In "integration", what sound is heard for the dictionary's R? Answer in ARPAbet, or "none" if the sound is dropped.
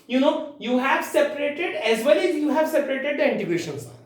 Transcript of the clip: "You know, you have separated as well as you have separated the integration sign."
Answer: none